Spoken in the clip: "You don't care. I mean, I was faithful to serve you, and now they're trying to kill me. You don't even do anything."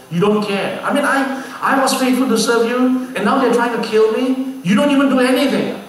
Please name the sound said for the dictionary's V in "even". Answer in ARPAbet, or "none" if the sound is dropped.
V